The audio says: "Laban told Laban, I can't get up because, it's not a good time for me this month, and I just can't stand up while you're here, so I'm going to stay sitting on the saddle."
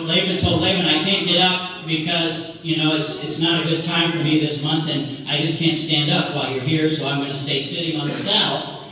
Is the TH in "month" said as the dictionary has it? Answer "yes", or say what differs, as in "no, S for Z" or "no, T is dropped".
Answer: yes